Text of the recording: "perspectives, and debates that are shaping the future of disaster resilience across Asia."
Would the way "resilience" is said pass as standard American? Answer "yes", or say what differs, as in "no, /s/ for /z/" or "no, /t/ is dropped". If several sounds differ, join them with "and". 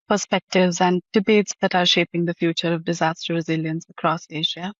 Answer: yes